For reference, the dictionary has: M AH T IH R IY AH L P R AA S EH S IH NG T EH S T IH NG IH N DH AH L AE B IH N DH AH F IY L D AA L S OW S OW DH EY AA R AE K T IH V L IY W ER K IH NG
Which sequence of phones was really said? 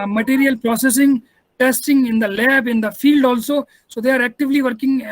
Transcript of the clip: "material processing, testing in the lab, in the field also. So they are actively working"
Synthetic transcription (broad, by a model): M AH T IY R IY AH L P R AA S EH S IH NG T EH S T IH NG IH N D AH L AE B IH N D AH F IY L D AA L S OW S OW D EY AA R AE K T IH V L IY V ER K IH NG